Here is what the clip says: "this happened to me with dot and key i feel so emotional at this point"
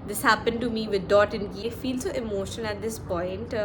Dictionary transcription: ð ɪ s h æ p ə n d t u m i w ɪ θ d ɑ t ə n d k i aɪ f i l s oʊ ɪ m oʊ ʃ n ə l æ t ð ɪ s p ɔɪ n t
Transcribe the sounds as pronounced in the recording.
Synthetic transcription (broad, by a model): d ɪ s h æ p ə n d t u m i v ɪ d d ɑ t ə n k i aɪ f i l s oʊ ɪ m oʊ ʃ ə n æ t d ɪ s p ɔɪ n t